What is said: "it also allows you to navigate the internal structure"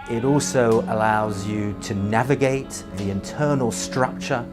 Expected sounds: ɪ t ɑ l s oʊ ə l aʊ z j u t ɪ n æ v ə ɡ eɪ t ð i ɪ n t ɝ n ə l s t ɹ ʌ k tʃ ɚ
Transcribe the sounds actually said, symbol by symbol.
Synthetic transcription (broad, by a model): ɪ t ɑ l s oʊ ə l aʊ z j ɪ t ɪ n æ v ə ɡ eɪ t ð i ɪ n t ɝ n ə l s t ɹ ʌ k tʃ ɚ